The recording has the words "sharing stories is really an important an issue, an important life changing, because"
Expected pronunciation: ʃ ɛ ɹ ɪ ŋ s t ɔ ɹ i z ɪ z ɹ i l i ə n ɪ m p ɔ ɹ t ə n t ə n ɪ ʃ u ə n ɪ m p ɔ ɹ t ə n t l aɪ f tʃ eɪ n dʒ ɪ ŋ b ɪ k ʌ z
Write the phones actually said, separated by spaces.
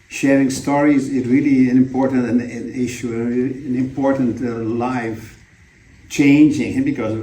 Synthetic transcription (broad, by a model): ʃ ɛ ɹ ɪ ŋ s t ɔ ɹ i z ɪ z ɹ i l i ə n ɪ m p ɔ ɹ t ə n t ə n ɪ ʃ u ə n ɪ m p ɔ ɹ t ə n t l aɪ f tʃ eɪ n dʒ ɪ ŋ b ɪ k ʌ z